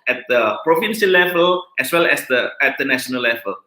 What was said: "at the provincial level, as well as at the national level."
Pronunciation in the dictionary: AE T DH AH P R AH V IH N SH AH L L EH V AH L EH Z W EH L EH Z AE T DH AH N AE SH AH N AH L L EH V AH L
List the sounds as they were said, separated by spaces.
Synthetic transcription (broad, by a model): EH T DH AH P R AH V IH N S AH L L EH V AH L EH S W EH L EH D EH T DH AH N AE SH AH N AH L L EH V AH L